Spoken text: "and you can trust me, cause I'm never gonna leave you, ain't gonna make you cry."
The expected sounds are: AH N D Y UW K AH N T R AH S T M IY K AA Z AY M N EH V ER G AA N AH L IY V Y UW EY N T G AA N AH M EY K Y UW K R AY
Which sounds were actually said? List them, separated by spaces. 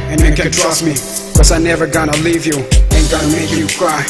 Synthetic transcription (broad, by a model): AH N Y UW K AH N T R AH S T M IY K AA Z AY N EH V ER G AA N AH L IY V Y UW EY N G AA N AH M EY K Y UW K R AY